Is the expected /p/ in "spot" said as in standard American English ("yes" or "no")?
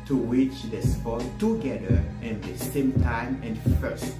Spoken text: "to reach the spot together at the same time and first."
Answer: no